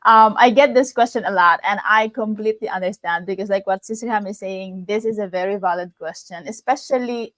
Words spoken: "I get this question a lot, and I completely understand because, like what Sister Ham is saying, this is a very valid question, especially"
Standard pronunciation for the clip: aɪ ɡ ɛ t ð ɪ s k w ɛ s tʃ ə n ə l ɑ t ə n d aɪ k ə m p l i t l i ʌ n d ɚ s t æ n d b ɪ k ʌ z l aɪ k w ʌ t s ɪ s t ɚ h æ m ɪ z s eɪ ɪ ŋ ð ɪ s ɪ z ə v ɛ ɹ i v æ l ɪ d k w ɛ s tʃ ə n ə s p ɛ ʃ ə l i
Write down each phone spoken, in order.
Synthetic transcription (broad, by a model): aɪ ɡ ɛ t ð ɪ s k w ɛ s tʃ ə n ə l ɑ t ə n aɪ k ə m p l i t l i ʌ n d ɚ s t æ n d b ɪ k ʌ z l aɪ k w ʌ t s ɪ s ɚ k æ m ɪ z s eɪ ɪ ŋ ð ɪ s ɪ z ə v ɛ ɹ i v æ l ɪ d k w ɛ s tʃ ə n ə s p ɛ ʃ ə l i